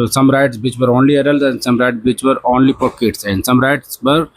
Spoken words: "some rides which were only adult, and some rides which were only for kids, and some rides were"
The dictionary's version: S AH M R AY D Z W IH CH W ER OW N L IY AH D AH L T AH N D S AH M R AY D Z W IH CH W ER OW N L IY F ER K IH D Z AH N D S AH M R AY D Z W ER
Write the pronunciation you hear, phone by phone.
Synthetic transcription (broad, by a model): S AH M R AY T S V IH CH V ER OW N L IY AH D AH L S AH N D S AH M R AY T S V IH CH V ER OW N L IY P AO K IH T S AH N D S AH M R AY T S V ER